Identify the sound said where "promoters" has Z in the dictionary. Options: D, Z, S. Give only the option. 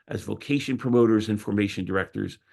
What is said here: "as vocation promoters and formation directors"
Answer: Z